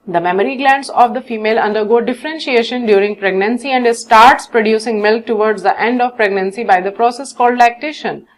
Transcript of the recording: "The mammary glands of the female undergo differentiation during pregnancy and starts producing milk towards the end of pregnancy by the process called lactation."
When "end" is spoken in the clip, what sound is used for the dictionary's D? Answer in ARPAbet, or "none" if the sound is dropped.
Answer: D